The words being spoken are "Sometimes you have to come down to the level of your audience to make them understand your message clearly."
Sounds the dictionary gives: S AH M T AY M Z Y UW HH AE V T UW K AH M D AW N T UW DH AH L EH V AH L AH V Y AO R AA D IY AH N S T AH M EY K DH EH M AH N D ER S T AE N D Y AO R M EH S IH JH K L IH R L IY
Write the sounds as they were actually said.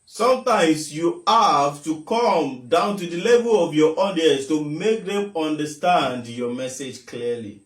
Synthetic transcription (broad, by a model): S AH M T AY M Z Y UW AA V T UW K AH M D AW N T UW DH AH L EH V AH L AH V Y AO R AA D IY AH S T AH M EY K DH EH M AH N D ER S T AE N D Y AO M EH S IH JH K L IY L IY